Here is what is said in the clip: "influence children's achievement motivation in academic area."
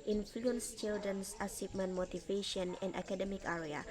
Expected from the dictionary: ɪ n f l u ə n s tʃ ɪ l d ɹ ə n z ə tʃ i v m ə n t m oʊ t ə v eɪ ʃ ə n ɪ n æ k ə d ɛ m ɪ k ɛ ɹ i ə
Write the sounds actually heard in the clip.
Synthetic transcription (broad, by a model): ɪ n f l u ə n s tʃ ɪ l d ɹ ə n s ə s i p m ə n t m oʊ t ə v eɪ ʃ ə n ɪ n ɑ k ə d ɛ m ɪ k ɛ ɹ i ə